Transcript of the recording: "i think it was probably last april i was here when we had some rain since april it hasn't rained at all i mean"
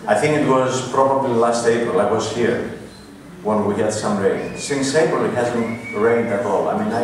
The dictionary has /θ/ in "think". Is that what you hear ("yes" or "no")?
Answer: yes